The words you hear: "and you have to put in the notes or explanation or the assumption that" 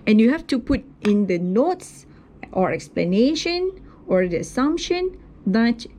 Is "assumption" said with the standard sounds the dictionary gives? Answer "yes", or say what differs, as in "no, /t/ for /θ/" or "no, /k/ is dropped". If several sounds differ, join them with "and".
yes